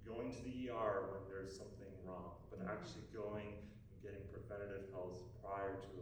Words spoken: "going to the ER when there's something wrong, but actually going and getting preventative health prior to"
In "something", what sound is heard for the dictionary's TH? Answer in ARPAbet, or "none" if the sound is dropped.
TH